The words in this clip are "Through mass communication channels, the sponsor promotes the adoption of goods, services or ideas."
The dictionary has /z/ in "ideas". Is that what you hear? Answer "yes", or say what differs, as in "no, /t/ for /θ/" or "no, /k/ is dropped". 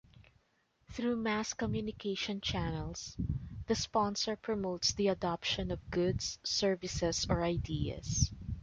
no, /s/ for /z/